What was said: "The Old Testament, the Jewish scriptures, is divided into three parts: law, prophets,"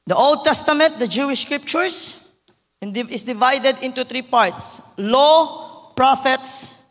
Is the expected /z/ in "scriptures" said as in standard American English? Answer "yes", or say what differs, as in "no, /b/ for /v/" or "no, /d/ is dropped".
no, /s/ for /z/